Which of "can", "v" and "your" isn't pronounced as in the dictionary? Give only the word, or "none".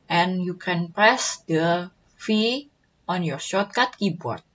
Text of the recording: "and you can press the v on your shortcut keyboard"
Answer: v